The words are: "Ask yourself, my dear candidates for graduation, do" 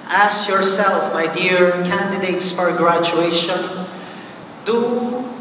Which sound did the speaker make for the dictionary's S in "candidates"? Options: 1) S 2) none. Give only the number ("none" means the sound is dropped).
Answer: 1